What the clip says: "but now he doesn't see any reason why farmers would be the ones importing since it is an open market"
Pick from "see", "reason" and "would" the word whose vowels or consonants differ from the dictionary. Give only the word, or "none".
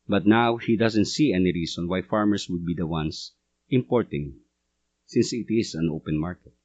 reason